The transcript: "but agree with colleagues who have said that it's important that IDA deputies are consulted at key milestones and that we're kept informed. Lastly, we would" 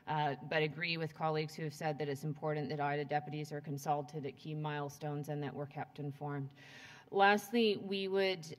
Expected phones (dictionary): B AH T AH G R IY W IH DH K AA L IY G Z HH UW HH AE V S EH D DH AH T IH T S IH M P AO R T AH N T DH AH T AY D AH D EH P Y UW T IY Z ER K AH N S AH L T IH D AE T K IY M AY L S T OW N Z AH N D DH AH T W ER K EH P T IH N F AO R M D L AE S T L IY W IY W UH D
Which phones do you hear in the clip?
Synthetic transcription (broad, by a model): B AH T AH G R IY W IH DH K AA L IY G Z HH UW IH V S EH D DH AH T IH T S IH M P AO R T N DH AH T AY D AH D EH P Y UW T IY Z ER K AH N S AH L T IH D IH T K IY M AY L S T OW N Z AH N DH AH T W ER K EH P T IH N F AO R M D L AE S T L IY W IY W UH D